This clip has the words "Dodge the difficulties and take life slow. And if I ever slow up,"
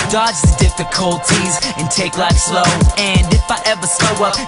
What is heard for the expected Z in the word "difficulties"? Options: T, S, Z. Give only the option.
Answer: Z